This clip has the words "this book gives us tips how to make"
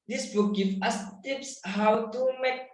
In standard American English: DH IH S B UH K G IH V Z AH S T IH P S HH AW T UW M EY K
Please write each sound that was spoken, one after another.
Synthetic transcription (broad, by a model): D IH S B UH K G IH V AH S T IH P S HH AW T UW M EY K